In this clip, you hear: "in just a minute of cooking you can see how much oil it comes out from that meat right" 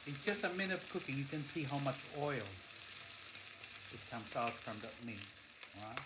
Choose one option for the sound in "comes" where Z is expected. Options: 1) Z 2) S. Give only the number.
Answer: 2